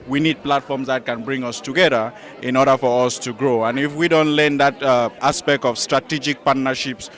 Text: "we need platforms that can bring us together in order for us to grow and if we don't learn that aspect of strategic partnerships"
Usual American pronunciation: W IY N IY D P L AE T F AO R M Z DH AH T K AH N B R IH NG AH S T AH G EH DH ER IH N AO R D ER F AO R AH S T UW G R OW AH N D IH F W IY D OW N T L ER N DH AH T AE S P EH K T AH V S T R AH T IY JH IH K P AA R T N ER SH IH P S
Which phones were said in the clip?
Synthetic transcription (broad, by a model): W IY N IY D P L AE T F AO R M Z DH AH T K AH N B R IH NG AH S T AH G EH DH ER IH N AO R D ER F AO R AH S T UW G R OW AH N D IH F W IY D OW N T L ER N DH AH T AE S P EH K T AH V S T R AH T IY JH IH K P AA R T N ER SH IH P S